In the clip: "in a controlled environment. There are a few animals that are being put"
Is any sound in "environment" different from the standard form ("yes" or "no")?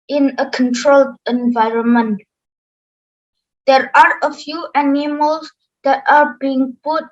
no